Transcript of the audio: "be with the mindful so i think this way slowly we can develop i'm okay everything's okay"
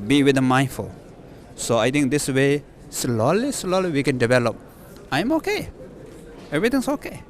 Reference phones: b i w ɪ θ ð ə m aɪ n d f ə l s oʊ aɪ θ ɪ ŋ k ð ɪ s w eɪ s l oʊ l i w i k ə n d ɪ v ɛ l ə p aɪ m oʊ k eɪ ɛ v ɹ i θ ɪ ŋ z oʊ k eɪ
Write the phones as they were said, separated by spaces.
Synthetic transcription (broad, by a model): b i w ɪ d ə m aɪ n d f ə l s oʊ aɪ t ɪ ŋ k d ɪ s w eɪ s l oʊ l i w i k ə n d ɪ v ɛ l ə p aɪ m oʊ k eɪ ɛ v ɹ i t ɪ ŋ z oʊ k eɪ